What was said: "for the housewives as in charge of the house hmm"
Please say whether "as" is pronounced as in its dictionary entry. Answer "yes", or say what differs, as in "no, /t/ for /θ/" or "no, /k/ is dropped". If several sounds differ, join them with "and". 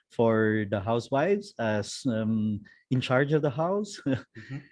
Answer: no, /s/ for /z/